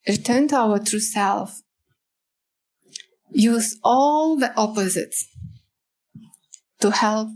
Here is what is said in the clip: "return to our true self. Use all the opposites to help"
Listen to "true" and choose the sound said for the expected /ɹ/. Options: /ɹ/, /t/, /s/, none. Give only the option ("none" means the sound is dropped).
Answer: /ɹ/